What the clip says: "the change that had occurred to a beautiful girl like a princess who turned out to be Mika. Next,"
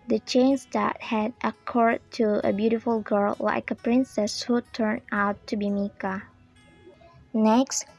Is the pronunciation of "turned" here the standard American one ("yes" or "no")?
no